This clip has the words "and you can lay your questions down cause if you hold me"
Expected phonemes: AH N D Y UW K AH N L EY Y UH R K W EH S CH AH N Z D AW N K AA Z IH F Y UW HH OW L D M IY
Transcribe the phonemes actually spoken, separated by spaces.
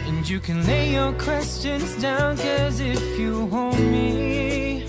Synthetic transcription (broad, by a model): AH N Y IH K AH N L EY Y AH R K W EH S CH AH N Z D AW N K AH Z IH F Y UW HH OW L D M IY